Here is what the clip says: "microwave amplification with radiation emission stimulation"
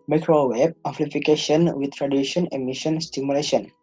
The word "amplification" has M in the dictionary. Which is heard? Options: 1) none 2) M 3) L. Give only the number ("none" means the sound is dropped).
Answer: 1